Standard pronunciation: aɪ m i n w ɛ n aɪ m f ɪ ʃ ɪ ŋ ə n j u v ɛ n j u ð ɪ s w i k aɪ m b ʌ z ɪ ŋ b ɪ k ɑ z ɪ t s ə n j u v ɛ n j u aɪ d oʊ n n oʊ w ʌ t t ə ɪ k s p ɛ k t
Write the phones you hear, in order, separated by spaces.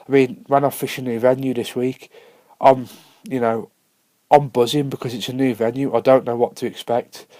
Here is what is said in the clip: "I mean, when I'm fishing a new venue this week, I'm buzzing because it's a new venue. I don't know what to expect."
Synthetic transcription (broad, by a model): aɪ m i n w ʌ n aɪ f ɪ ʃ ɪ ə n j u v ɛ n j u ð ɪ s w i k aɪ m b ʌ z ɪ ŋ b ɪ k ɑ z ɪ t s ə n j u v ɛ n j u aɪ d oʊ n n oʊ w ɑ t t ə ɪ k s p ɛ k t